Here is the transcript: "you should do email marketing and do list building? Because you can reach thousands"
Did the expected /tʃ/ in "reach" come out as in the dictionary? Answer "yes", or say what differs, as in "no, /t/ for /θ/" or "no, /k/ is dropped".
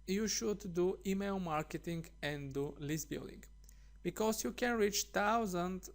yes